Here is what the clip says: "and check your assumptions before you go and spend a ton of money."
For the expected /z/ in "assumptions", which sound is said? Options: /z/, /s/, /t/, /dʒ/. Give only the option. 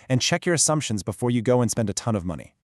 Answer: /z/